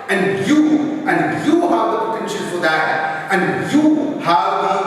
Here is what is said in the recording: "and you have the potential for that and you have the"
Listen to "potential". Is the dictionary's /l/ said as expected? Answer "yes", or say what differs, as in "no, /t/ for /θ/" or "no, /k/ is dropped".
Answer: no, /n/ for /l/